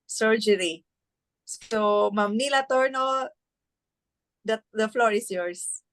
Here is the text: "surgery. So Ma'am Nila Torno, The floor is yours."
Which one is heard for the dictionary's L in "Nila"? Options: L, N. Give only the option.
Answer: L